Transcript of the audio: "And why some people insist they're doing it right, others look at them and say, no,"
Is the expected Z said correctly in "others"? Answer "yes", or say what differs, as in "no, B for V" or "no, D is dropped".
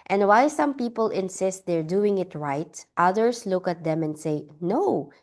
no, S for Z